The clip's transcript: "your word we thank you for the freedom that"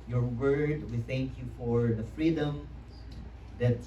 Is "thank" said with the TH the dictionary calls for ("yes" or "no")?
yes